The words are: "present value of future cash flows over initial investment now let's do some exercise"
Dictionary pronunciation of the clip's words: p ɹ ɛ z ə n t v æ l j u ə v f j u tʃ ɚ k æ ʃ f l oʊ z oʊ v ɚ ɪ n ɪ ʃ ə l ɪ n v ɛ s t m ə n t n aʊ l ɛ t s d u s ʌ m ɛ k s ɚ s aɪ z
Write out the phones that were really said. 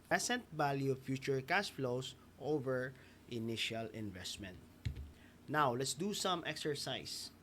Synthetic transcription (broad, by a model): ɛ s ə n t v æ l j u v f j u tʃ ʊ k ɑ s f l oʊ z oʊ v ɚ ɪ n ɪ ʃ ə l ɪ n v ɛ s t m ə n t n aʊ l ɛ t s d u s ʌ m ɛ k s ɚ s aɪ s